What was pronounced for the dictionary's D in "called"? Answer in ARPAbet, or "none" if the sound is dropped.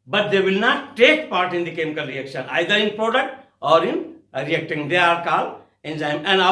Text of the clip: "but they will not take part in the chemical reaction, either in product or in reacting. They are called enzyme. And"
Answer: none